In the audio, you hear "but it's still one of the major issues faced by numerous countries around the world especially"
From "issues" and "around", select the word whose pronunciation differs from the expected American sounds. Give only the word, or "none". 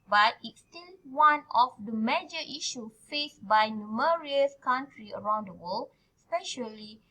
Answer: issues